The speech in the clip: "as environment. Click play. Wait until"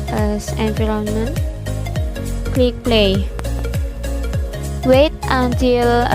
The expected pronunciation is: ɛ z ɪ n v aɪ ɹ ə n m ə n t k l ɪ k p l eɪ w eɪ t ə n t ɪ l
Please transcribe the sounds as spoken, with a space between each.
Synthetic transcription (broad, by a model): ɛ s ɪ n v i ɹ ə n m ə n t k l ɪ k p l eɪ w eɪ t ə n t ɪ l